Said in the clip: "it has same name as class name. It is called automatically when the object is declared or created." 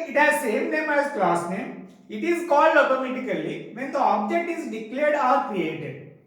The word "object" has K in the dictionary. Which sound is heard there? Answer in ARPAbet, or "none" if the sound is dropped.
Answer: K